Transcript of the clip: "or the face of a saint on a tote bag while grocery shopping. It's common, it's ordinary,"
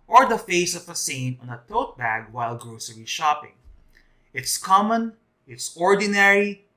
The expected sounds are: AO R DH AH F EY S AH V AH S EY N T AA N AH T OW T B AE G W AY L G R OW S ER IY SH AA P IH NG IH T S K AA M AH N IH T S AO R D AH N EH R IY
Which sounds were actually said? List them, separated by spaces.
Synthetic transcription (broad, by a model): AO R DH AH F EY S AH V AH S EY N AA N AH T OW T B AE G W AY L G R OW S ER IY SH AA P IH NG IH T S K AA M AH N IH T S AO R D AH N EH R IY